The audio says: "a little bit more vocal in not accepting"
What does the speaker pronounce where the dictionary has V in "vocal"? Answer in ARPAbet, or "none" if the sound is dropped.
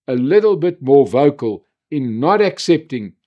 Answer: V